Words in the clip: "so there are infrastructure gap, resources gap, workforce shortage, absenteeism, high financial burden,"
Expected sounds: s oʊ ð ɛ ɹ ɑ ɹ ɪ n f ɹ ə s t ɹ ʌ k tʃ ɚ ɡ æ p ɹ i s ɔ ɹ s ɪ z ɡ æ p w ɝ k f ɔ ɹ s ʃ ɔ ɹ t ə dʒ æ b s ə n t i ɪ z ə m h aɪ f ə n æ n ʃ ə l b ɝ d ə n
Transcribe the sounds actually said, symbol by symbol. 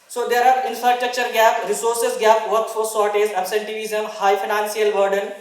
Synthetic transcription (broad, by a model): s oʊ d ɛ ɹ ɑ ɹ ɪ n f ɹ ə s t ɹ ʌ k tʃ ɚ ɡ æ p ɹ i s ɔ ɹ s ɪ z ɡ æ p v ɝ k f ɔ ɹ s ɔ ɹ t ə z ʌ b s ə n t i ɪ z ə m h aɪ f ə n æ n s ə l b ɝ d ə n